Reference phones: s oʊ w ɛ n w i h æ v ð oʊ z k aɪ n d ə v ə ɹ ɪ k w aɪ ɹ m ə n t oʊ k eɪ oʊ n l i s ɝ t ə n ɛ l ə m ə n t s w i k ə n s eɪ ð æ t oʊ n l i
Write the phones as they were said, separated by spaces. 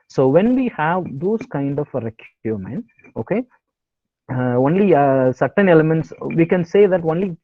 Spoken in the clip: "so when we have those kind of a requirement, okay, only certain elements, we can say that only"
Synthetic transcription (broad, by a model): s oʊ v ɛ n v i h æ v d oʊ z k aɪ n d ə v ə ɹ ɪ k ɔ m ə n oʊ k eɪ oʊ n l i s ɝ t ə n ɛ l ə m ə n t s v i k ə n s eɪ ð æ t oʊ n l i